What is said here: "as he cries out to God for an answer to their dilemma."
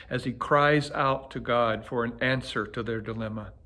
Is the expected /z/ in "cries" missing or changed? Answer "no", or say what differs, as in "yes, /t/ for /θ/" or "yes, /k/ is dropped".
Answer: no